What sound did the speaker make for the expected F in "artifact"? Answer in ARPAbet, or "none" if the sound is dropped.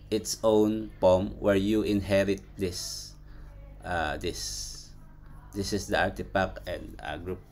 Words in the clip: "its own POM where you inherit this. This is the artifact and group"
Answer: P